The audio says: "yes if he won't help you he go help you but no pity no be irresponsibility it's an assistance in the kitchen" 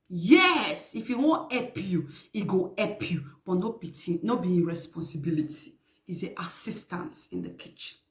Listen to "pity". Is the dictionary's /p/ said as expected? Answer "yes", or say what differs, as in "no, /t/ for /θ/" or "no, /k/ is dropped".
no, /b/ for /p/